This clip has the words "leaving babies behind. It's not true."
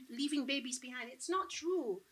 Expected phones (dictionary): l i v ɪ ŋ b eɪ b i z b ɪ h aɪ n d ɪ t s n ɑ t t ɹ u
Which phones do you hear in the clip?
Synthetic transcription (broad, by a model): l i v ɪ ŋ b eɪ b i z b ɪ h aɪ n d ɪ t s n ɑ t t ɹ u